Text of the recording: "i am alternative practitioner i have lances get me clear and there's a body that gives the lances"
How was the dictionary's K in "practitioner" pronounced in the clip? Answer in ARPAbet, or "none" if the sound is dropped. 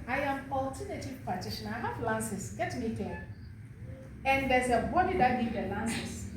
none